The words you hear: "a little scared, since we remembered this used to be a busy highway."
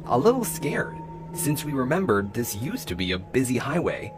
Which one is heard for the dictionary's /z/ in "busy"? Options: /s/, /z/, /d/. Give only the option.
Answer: /z/